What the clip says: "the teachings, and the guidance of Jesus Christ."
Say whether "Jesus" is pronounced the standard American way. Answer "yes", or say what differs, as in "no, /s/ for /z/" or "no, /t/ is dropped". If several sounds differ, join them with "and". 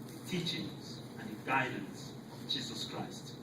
yes